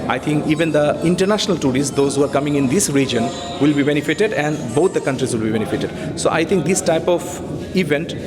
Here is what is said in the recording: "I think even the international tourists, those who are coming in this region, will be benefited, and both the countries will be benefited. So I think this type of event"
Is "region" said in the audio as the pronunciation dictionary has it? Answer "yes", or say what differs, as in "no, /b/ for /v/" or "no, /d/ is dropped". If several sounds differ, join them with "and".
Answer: yes